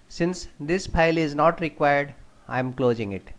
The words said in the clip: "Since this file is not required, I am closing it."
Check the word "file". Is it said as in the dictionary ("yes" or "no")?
no